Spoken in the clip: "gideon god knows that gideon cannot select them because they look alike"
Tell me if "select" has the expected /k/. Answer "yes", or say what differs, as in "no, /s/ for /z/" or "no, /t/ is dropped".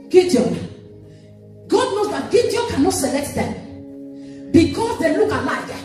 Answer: yes